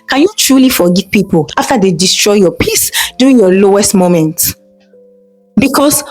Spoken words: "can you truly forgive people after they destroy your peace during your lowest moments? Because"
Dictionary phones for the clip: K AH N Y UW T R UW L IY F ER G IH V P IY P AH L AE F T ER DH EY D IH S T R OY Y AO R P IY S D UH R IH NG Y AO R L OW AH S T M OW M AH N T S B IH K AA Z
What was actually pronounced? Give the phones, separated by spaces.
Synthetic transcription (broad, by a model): K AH N Y UW T R UW L IY F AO G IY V P IY P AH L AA F T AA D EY D IH S T R OY Y AO P IY S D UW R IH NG Y AO L OW AH S T M OW M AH N T B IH K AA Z